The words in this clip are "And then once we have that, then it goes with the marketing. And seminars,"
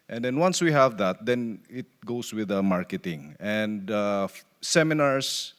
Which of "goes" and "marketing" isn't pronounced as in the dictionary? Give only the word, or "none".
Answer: goes